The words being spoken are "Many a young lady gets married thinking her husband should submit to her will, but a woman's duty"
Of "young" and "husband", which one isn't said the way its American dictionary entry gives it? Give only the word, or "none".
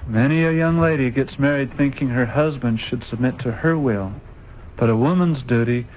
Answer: none